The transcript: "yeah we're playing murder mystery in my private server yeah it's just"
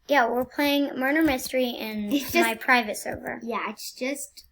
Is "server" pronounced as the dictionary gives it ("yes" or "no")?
yes